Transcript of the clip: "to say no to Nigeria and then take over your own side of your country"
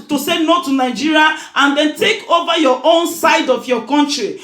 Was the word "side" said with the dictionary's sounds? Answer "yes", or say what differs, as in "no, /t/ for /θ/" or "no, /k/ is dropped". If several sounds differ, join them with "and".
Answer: yes